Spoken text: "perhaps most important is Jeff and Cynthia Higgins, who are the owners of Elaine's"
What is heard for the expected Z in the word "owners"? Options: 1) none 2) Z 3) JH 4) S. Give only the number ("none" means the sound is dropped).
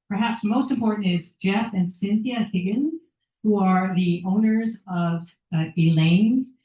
2